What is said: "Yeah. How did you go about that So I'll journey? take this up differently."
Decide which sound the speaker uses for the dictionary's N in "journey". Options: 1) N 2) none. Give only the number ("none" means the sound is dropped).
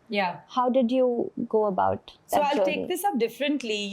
2